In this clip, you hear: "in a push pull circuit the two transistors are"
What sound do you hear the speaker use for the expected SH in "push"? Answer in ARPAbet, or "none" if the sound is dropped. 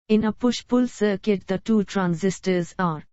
SH